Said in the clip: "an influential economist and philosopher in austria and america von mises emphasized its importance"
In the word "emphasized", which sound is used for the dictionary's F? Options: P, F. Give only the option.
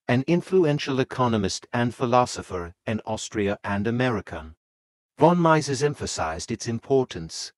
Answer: F